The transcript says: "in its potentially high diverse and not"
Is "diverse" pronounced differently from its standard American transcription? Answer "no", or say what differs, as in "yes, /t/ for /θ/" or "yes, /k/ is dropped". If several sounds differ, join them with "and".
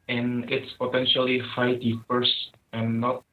yes, /p/ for /v/